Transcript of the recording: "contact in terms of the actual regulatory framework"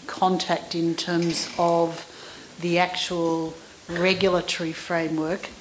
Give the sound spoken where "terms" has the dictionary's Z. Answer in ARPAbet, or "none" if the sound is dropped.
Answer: Z